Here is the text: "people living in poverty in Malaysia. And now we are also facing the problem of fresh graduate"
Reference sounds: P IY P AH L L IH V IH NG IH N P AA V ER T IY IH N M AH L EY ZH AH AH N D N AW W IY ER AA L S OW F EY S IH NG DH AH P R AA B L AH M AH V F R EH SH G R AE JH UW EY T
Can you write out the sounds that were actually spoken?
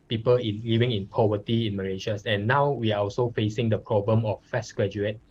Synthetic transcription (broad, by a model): P IY P AH L L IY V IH NG IH N P AA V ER T IY IH N M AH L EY SH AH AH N N AW W IY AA AA L S OW F EY S IH NG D AH P R AA B L AH M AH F EH S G R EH JH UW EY T